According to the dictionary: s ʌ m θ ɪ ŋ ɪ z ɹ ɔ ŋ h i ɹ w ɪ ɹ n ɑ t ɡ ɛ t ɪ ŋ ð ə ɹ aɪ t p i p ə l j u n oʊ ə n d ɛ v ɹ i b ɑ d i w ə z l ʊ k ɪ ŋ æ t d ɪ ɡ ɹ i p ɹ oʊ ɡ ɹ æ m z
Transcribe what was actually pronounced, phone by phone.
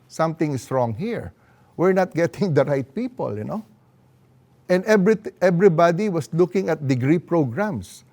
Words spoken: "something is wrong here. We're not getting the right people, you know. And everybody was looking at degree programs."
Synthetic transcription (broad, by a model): s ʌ m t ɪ ŋ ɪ s ɹ ɔ ŋ h i ɹ w ɪ ɹ n ɑ t ɡ ɛ t ɪ ŋ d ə ɹ aɪ t p i p ə l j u n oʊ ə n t ɛ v ɹ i b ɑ d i w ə s l ʊ k ɪ ŋ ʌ t d ɪ ɡ ɹ i p ɹ oʊ ɡ ɹ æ m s